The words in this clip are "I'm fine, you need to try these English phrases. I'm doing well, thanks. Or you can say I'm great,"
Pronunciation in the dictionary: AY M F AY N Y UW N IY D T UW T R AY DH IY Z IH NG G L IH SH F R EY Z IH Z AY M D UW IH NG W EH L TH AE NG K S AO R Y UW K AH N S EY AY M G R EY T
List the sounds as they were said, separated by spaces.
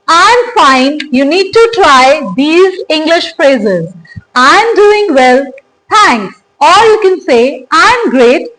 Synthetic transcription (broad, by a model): AY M F AY N Y UW N IY D T UW T R AY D IY Z IH NG G L IH SH F R EY Z IH Z AY M D UW IH NG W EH L T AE NG K S AO L Y UW K AH N S EY AY M G R EY T